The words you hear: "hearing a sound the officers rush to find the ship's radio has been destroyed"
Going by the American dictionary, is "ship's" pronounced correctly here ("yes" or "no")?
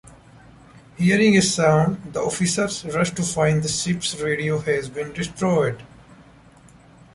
no